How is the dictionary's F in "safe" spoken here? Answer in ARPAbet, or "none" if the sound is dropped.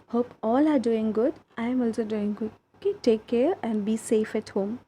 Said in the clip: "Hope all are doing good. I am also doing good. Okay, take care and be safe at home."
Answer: F